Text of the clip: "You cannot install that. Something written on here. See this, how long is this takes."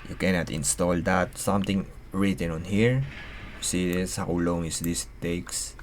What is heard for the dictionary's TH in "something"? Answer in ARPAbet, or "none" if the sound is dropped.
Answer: T